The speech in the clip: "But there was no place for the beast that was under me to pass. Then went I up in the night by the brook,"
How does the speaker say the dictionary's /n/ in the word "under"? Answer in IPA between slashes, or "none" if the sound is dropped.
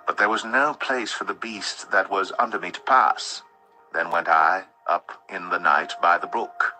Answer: /n/